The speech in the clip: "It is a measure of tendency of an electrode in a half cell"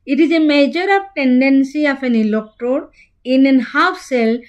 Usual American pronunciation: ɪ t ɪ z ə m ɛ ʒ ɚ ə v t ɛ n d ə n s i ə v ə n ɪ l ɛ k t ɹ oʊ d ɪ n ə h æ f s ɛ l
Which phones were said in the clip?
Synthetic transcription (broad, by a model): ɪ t ɪ z ə m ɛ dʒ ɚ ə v t ɛ n d ə n s i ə f ə n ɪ l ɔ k t oʊ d ɪ n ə h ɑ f s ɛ l